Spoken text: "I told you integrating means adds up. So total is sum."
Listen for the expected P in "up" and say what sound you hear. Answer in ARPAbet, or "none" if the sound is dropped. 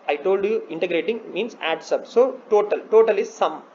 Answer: B